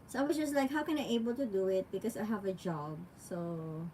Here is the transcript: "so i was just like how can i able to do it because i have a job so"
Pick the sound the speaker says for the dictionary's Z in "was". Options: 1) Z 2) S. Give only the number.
2